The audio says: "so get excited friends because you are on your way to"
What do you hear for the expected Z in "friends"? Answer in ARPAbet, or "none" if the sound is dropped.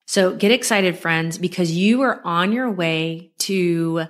Z